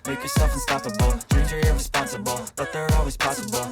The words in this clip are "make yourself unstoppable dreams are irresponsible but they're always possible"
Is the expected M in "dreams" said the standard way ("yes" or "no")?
no